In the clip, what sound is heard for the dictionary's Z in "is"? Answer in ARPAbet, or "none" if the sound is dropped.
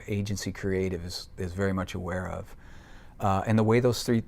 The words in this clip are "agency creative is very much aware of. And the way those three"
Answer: Z